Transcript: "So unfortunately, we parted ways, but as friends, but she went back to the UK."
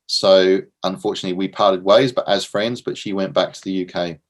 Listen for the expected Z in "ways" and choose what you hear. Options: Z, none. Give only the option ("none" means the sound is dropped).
Z